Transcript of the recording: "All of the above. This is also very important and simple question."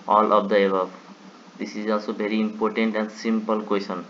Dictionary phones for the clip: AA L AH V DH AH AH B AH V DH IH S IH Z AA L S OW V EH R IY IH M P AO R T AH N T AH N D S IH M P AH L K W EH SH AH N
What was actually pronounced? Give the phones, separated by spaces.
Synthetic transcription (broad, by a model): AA L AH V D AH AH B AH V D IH S IH Z AA L S OW B EH R IY M P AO R T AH N T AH N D S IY M P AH L K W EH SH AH N